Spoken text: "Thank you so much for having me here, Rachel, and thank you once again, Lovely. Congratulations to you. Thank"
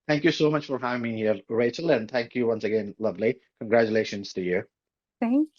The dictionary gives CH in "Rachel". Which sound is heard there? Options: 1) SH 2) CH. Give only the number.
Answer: 2